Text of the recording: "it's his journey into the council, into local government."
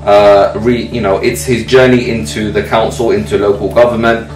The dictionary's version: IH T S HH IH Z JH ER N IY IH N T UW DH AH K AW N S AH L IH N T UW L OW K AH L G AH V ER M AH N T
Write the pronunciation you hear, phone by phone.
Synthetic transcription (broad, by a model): IH T S HH IH Z JH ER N IY IH N T UW DH AH K AW N S AH L IH N T UW L OW K AH L G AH V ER M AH N T